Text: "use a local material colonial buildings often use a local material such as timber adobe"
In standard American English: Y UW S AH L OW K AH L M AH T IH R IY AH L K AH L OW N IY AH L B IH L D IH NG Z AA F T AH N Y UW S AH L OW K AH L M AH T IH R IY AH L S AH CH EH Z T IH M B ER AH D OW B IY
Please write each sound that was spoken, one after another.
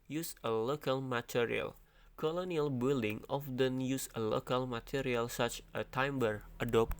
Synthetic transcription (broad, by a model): Y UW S AH L OW K AH L M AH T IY R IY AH L K AH L OW N IY AH L B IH L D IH NG AA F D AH N Y UW S AH L OW K AH L M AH T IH R IY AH L S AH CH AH T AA M B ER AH D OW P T